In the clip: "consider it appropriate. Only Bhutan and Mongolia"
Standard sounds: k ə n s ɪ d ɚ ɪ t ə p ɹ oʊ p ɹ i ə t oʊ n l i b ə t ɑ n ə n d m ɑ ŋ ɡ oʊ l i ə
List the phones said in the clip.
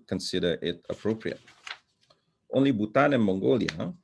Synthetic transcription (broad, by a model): k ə n s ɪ d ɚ ɪ t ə p ɹ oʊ p ɹ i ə t oʊ n l i b ə t ɑ n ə n m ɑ ŋ ɡ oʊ l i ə